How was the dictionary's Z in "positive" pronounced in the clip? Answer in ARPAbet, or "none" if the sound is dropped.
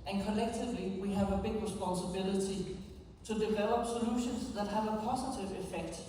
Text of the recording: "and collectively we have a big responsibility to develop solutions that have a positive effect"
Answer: S